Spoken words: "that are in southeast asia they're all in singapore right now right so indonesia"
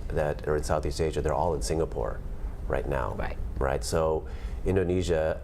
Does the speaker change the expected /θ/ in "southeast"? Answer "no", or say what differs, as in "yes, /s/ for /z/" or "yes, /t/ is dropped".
no